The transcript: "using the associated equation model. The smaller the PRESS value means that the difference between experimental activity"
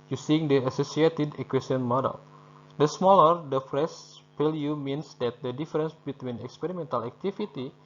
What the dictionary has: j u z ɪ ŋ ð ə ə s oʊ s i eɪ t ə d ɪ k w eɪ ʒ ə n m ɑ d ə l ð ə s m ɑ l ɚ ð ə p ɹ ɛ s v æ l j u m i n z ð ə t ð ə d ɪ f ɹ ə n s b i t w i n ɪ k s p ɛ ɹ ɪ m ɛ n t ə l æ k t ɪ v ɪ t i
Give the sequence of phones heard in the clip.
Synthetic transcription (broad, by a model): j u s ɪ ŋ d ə ə s oʊ s i eɪ t ə d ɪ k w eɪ s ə n m ɑ d ə l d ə s m ɑ l ɚ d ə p ɹ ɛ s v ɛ l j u m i n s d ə t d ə d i f ɹ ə n s b i t w i n ɪ k s p ɛ ɹ ɪ m ɛ n t ə l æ k t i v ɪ t i